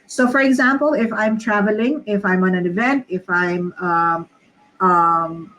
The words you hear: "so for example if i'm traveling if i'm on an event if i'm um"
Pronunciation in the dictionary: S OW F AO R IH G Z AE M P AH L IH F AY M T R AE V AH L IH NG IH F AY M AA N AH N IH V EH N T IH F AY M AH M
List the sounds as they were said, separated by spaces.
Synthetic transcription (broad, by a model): S OW F AO R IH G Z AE M P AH L IH F AY M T R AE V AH L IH NG IH F AY M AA N AH N IH V EH N T IH F AY M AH M